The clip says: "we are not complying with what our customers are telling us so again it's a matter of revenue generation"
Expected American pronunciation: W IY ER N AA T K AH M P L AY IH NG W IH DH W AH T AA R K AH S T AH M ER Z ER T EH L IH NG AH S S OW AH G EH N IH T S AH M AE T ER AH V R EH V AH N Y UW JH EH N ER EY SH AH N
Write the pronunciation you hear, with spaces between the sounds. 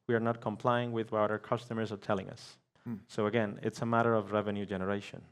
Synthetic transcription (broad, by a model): W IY ER N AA T K AH M P L AY IH NG W IH DH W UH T AA R K AH S T AH M ER Z ER T EH L IH NG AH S S OW AH G EH N IH T S AH M AE T ER AH V R EH V AH N Y UW JH EH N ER EY SH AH N